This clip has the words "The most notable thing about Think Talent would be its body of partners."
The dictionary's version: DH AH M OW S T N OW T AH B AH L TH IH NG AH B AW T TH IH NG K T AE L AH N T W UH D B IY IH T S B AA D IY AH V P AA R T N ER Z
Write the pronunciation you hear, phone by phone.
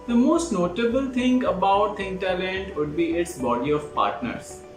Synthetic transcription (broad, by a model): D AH M OW S T N OW T AH B AH L T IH NG AH B AW T T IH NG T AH L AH N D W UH D B IY IH T S B AA D IY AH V P AA R T N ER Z